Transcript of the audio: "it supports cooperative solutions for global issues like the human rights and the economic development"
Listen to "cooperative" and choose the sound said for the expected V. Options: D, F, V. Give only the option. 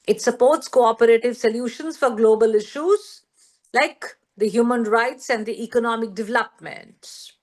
V